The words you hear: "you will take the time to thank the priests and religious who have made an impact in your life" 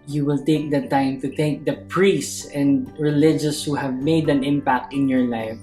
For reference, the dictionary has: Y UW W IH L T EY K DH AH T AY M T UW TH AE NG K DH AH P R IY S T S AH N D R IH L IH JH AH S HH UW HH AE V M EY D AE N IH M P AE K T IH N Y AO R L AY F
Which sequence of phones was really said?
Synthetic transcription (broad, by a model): Y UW W IH L T EY K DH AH T AY M T UW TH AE NG K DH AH P R IY S S S AH N D R IH L IH JH AH S HH UW HH AE V M EY D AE N IH M P AE K T IH N Y AO R L AY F